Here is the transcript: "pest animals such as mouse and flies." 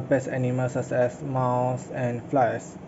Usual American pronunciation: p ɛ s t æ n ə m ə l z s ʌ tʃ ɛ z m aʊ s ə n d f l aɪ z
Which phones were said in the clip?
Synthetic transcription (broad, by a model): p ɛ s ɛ n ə m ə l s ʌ s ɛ s m aʊ s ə n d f l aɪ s